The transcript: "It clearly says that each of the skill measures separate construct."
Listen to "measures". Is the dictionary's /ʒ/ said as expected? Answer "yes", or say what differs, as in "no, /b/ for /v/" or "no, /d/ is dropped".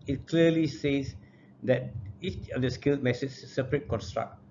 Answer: no, /s/ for /ʒ/